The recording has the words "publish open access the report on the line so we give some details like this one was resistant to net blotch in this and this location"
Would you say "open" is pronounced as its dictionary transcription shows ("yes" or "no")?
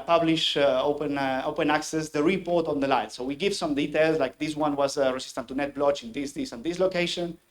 yes